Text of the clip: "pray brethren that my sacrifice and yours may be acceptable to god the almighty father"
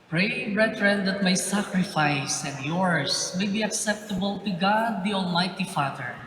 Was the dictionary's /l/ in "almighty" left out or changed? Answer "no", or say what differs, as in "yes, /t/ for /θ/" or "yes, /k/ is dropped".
no